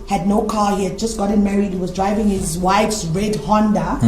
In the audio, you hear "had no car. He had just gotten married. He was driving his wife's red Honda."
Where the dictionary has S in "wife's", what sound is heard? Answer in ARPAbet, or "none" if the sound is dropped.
S